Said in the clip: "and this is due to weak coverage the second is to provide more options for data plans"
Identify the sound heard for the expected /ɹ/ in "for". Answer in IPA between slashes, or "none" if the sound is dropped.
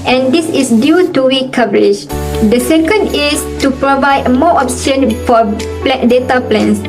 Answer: /l/